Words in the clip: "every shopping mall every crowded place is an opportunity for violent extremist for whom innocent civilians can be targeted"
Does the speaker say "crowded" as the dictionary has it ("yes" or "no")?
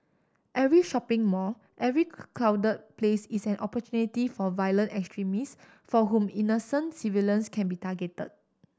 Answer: no